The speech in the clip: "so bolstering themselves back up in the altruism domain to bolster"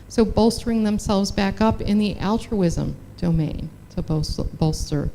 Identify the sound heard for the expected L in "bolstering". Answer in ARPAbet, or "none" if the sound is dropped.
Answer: L